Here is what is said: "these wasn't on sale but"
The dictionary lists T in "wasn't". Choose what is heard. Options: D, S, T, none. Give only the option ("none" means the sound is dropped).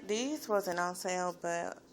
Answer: none